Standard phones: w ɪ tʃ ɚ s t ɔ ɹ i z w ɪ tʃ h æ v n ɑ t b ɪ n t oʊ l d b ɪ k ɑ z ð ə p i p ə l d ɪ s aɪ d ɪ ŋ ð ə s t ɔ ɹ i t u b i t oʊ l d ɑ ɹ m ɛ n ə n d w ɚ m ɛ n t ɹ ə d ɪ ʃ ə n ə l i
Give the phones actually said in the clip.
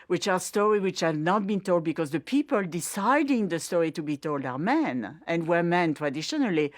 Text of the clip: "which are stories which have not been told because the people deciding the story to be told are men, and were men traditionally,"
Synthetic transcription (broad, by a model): w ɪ tʃ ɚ s t ɔ ɹ i w ɪ tʃ h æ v n ɑ t b ɪ n t oʊ l d b ɪ k ɑ z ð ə p i p ə l d ɪ s aɪ d ɪ ŋ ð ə s t ɔ ɹ i t u b i t oʊ l d ɑ ɹ m ɛ n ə n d w ɚ m ɛ n t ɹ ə d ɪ ʃ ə n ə l i